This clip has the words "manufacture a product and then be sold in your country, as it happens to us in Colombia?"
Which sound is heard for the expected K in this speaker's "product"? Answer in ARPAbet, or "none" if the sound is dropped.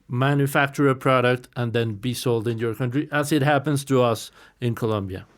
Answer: K